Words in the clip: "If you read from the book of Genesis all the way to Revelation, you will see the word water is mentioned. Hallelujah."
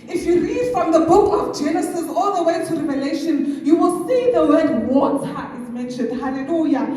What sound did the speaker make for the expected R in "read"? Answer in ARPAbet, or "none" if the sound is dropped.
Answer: R